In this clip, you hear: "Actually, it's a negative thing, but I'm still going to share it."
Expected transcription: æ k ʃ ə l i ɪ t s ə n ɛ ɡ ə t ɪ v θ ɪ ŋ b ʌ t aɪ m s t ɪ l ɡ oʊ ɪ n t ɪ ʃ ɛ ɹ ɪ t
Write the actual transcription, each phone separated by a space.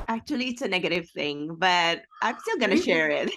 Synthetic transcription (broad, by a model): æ k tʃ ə l i ɪ t s ə n ɛ ɡ ə t ɪ v θ ɪ ŋ b ʌ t aɪ m s t ɪ l ɡ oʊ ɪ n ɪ ʃ ɛ ɹ ɪ t